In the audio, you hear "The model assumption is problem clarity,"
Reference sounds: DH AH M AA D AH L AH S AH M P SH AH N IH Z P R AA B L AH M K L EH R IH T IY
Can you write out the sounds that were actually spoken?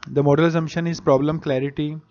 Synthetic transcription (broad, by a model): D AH M AA D AH L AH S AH M SH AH N IH Z P R AA B L AH M K L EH R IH T IY